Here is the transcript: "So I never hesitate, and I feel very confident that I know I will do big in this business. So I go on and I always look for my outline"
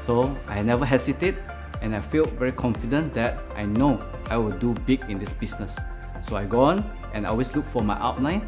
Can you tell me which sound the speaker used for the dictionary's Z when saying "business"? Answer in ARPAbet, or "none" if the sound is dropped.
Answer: S